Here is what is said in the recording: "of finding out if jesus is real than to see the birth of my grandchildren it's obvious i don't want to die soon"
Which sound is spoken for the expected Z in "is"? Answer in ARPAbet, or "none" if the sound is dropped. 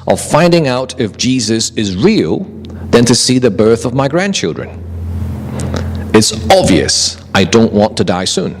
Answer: Z